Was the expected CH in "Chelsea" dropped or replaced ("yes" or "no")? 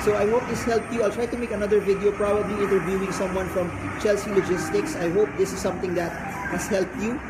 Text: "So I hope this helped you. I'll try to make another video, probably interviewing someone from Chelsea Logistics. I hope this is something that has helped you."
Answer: no